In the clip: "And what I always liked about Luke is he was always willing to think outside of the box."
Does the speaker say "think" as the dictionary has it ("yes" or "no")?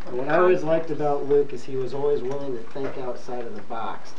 no